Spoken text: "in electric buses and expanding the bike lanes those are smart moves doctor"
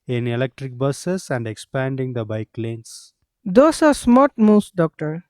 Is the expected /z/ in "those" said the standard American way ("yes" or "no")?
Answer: no